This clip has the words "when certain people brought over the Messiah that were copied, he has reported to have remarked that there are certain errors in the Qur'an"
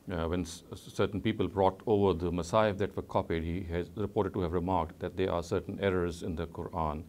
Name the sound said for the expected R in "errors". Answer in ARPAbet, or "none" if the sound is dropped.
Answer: R